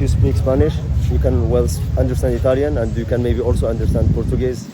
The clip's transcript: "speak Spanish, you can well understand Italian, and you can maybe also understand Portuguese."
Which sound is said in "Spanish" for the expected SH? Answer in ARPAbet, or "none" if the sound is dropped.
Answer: SH